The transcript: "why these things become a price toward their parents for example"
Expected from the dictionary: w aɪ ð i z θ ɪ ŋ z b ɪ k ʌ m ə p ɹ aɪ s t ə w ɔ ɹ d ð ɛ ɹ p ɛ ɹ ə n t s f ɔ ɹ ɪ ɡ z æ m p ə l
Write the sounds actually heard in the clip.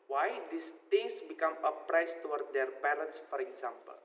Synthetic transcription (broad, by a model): w aɪ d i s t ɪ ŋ s b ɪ k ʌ m ə p ɹ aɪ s t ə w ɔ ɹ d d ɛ ɹ p ɛ ɹ ə n t s f ɔ ɹ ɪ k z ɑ m p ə l